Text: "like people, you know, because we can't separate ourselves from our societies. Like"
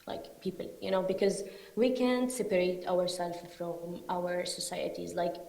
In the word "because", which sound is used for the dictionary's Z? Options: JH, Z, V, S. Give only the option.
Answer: Z